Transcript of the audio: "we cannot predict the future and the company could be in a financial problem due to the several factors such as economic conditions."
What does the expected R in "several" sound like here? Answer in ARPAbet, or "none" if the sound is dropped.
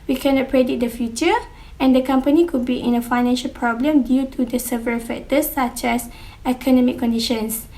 none